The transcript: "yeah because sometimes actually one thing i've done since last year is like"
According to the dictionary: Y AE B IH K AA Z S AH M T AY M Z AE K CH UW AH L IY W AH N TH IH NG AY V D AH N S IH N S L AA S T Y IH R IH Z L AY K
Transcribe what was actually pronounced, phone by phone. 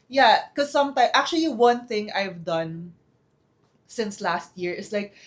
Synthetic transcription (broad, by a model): Y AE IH K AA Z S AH M T AY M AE K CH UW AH L IY W AH N TH IH NG AY V D AH N S IH N S L AA S T Y IH R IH S L AY K